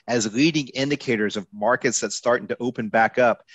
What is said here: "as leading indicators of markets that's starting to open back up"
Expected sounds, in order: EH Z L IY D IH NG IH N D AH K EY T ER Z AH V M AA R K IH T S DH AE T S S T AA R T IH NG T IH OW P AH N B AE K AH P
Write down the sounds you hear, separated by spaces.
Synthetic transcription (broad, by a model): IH Z L IY D IH NG IH N D AH K EY T ER Z AH V M AA R K IH T S DH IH T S S T AA R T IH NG T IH OW P AH N B AE K AH P